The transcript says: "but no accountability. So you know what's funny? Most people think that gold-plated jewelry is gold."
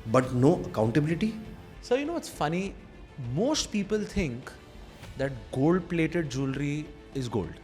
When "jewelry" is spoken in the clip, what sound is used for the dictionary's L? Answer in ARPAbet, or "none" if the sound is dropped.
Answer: L